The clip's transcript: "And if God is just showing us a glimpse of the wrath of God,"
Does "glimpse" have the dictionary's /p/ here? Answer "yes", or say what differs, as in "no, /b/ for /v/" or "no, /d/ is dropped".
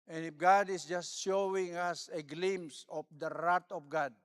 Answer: no, /p/ is dropped